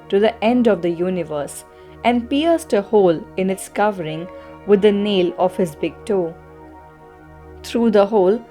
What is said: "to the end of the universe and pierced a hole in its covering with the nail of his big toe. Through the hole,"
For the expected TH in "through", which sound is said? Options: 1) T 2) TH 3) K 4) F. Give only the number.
1